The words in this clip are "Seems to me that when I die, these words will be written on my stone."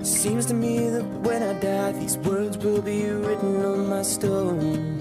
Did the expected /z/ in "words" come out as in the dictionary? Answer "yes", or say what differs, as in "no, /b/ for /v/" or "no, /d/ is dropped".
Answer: yes